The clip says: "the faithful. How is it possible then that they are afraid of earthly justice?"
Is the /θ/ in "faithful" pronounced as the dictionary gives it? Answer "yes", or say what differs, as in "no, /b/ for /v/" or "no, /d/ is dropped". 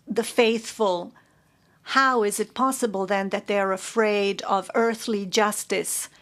yes